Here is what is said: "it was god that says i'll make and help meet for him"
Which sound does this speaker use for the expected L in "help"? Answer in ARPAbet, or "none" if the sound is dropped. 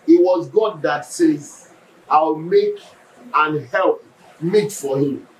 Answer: L